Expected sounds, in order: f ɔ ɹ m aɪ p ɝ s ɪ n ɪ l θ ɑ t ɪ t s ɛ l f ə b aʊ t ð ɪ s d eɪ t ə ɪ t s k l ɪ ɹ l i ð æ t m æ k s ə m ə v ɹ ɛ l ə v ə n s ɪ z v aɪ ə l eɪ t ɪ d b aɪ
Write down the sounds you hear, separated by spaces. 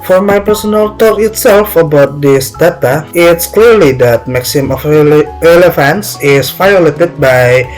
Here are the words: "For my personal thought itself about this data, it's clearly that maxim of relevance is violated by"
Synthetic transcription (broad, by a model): f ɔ ɹ m aɪ p ɝ s ɪ n ɪ l t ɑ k ɪ t s ɛ l f ə b aʊ t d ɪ s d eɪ t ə ɪ t s k l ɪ ɹ l i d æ t m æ k s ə m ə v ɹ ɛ l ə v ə n s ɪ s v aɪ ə l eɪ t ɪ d b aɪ